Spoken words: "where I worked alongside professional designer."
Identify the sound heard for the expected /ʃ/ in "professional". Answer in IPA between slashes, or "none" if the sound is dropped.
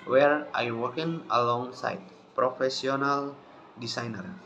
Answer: /s/